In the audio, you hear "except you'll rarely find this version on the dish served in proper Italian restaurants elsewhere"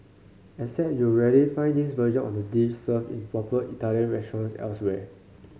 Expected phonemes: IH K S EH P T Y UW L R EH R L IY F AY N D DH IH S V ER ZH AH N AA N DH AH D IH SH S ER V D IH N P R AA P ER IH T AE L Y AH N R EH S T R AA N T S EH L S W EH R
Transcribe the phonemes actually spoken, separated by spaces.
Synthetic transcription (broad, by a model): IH S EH T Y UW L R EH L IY F AY N D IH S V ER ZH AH N AA N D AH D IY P S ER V IH N P R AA P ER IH T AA L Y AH N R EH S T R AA N S EH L S W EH